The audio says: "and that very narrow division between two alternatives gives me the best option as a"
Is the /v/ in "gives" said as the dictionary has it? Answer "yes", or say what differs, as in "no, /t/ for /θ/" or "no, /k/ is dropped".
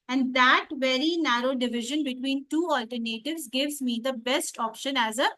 yes